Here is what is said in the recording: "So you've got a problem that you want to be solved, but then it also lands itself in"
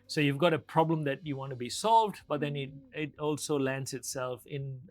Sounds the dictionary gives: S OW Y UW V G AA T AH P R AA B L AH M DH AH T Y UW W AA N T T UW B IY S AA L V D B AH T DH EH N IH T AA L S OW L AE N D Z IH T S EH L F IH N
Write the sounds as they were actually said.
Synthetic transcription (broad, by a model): S OW Y UW V G AA T AH P R AA B L AH M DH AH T Y UW W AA N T T UW B IY S AA L V D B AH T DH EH N IH T AA L S OW L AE N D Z IH T S EH L F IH N